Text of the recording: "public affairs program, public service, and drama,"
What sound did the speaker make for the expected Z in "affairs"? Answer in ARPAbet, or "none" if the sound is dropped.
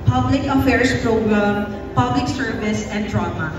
S